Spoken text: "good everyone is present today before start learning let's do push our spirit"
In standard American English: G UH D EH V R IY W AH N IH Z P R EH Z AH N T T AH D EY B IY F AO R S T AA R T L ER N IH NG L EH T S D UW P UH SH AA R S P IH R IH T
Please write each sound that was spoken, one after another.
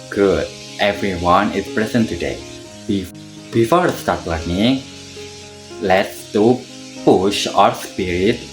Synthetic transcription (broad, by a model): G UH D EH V R IY W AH N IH S P R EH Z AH N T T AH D EY B IY F AO R S T AA R T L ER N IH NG L EH T S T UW P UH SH AA R S P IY R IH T